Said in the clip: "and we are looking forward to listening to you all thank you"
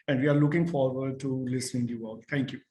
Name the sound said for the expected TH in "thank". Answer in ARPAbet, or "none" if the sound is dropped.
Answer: T